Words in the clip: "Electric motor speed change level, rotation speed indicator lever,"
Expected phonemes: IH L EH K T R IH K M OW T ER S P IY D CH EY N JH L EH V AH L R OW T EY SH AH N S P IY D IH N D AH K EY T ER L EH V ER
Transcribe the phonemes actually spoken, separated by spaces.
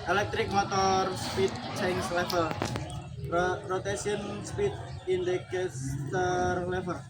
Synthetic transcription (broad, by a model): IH L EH K T R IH K M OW T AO S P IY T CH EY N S L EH F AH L R OW T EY S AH N S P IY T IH N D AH K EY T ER L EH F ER